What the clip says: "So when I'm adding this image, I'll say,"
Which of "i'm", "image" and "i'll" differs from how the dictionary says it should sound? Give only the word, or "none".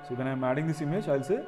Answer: image